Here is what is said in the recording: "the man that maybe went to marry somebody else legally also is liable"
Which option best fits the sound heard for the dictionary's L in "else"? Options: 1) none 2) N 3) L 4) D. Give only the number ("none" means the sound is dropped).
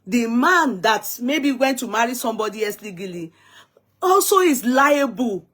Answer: 1